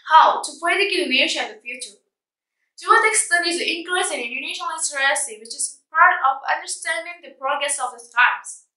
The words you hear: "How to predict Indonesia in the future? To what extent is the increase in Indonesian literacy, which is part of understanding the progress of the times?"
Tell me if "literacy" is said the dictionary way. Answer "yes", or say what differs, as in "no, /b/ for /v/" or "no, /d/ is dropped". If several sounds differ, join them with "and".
no, /s/ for /t/